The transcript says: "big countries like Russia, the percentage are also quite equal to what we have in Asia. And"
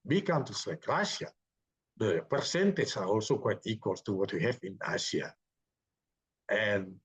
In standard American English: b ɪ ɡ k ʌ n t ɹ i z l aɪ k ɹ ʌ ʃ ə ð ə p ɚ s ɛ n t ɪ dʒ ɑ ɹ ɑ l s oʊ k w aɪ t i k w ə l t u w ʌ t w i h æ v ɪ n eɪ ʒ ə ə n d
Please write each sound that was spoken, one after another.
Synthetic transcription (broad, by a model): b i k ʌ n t i s l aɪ k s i ə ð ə p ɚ s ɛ n t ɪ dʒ ɑ ɹ ɑ l s oʊ k w aɪ t i k w ə l t u w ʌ t w i h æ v ɪ n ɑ s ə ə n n